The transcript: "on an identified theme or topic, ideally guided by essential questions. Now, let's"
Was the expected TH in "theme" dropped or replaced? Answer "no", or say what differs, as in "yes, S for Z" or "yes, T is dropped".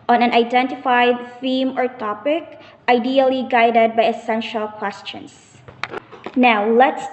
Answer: yes, F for TH